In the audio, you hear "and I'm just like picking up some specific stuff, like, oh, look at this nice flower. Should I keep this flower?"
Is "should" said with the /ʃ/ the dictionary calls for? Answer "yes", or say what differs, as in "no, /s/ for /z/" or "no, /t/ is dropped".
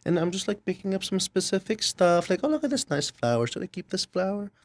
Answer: no, /s/ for /ʃ/